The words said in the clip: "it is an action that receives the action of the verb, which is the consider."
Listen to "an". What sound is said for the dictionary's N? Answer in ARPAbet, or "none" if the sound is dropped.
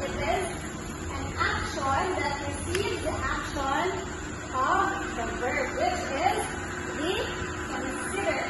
N